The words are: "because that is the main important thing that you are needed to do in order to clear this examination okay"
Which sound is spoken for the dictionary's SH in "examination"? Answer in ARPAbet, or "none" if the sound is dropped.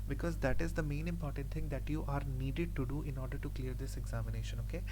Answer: SH